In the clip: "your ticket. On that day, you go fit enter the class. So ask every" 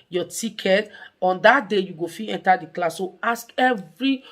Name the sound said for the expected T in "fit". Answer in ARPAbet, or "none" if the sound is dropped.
none